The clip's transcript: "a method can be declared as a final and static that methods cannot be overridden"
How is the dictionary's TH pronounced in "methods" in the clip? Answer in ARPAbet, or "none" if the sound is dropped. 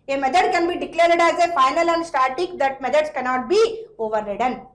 T